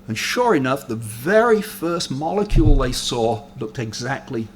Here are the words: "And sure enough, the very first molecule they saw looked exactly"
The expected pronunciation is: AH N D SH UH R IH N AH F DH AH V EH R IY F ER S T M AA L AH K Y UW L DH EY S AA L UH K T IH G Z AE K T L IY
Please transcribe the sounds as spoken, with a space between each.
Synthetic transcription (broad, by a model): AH N SH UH R IH N AH F DH AH V EH R IY F ER S T M AA L AH K Y UW L DH EY S AA L UH K T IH G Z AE K T L IY